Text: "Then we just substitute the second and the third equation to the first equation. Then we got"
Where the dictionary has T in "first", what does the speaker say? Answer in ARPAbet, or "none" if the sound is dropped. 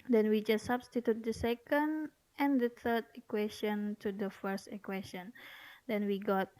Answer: T